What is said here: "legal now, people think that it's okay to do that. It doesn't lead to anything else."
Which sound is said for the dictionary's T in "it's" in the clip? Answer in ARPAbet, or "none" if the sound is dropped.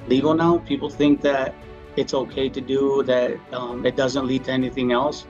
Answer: T